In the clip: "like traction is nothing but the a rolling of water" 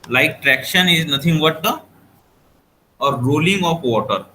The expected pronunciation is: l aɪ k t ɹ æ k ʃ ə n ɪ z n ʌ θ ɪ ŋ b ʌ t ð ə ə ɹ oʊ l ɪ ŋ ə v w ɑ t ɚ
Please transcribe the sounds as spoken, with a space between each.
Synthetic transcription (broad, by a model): l aɪ k t ɹ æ k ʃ ə n ɪ z n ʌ t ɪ ŋ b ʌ t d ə ə ɹ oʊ l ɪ ŋ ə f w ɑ t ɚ